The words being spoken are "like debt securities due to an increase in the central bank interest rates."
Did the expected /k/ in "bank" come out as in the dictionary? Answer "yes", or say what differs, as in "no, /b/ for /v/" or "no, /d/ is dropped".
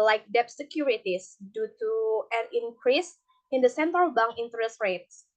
no, /k/ is dropped